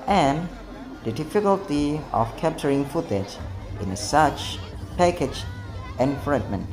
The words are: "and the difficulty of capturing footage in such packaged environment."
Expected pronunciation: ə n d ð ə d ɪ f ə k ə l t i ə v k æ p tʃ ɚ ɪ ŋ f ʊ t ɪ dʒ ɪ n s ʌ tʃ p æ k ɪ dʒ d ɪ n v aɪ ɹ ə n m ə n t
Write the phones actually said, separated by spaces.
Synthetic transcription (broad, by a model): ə n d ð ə d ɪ f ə k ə l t i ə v k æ p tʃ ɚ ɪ ŋ f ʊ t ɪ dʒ ɪ n s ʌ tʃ p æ k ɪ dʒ ɪ n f ɹ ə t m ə n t